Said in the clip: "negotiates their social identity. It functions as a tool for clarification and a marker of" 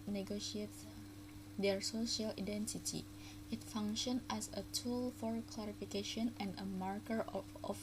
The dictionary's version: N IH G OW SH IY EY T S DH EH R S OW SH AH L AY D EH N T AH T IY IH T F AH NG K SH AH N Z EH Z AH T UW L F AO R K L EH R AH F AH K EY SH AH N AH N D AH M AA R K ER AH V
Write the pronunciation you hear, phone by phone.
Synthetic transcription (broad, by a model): N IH G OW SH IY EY T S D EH R S OW SH AH L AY D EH N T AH T IY IH T F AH NG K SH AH N EH S AH T UW L F AO R K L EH R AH F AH K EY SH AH N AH N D AH M AA R K ER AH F